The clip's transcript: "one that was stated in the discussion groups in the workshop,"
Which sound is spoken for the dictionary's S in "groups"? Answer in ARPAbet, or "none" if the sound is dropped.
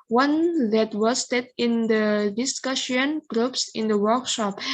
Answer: S